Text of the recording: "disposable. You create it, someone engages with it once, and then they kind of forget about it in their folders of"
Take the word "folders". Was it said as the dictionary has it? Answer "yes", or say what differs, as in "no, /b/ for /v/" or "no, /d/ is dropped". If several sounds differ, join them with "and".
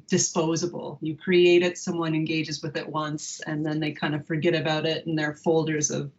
yes